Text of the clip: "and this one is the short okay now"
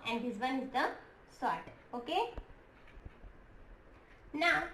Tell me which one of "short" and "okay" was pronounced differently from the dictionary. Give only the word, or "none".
short